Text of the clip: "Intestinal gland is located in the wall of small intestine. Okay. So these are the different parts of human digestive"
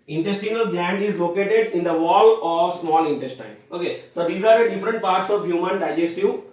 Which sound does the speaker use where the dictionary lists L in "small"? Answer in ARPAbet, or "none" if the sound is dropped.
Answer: L